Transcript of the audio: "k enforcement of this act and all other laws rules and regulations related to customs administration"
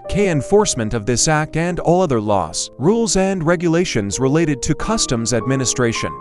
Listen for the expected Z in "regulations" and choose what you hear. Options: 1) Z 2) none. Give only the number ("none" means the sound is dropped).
1